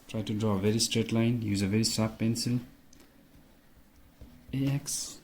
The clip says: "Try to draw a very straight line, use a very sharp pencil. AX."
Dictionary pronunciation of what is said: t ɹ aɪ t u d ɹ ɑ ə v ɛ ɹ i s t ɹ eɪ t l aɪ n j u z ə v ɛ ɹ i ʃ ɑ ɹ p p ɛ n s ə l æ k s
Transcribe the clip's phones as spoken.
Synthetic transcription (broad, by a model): t ɹ aɪ t u d ɹ ɑ ə v ɛ ɹ i s t ɹ eɪ t l aɪ n j u z ə v ɛ ɹ i s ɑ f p p ɛ n s ə l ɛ k s